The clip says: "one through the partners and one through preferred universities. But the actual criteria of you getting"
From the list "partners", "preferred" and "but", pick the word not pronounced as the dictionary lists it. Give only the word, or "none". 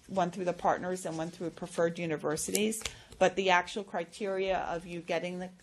none